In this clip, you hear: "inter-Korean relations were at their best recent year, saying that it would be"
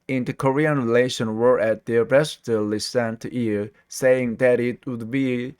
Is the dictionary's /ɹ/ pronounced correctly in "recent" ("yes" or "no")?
no